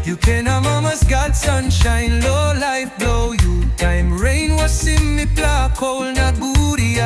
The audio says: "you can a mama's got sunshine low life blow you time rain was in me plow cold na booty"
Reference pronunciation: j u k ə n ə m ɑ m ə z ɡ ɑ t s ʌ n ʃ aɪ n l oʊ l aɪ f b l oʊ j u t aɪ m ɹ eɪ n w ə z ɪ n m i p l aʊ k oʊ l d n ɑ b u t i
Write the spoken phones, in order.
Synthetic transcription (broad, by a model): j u k ə n ə m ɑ m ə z ɡ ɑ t s ʌ n ʃ aɪ n l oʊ l aɪ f b l oʊ j u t aɪ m ɹ eɪ n w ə s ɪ m i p l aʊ k oʊ l n ɑ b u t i